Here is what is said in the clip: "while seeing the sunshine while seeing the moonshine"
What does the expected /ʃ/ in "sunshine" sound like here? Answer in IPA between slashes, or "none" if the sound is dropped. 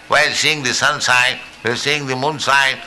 /s/